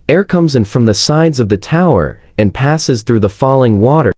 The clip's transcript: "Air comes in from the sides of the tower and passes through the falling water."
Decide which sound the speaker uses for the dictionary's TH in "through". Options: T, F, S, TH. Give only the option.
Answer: TH